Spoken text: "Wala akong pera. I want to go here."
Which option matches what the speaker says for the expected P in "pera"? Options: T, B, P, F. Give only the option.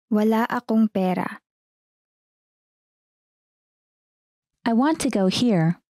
P